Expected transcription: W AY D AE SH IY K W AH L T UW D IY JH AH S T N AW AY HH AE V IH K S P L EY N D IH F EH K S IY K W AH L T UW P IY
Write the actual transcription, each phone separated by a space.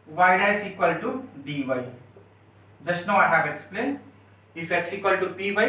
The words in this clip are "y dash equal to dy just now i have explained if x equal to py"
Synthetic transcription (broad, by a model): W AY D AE S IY K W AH L T UW D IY JH AH S T N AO AY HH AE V IH K S P L EY N D IH F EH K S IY K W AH L T UW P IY